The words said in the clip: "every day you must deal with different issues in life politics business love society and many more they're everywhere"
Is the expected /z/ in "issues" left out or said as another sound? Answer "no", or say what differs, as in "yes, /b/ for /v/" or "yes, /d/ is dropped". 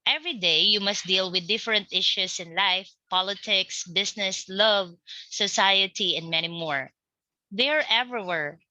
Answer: yes, /s/ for /z/